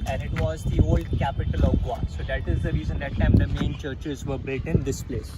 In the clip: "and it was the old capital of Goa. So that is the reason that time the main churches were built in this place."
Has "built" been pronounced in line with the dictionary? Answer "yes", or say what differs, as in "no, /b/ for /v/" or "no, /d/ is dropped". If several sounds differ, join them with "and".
no, /l/ is dropped